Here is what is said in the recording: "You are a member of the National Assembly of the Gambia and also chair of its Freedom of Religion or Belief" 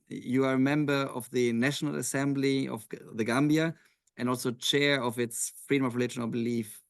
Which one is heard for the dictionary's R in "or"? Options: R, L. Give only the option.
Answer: L